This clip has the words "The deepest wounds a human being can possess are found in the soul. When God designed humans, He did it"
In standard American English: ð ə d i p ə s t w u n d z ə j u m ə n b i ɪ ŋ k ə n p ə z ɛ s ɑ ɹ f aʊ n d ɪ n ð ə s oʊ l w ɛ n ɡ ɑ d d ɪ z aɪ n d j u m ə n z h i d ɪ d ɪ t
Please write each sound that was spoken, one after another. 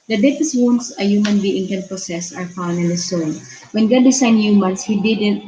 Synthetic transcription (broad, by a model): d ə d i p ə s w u n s ə j u m ə n b i ɪ ŋ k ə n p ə s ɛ s ɑ ɹ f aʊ n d ɪ n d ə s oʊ n w ɛ n ɡ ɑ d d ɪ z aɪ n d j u m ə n s h i d ɪ d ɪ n